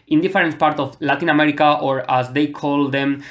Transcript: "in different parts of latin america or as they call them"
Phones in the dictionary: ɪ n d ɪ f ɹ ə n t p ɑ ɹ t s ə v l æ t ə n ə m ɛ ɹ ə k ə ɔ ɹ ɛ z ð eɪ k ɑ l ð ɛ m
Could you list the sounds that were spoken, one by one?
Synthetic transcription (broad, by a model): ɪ n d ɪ f ɹ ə n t p ɑ ɹ t ə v l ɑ t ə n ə m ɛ ɹ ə k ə ɔ ɹ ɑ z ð eɪ k ɑ l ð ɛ m